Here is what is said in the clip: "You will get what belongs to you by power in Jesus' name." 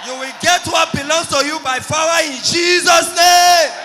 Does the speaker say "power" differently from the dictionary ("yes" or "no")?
yes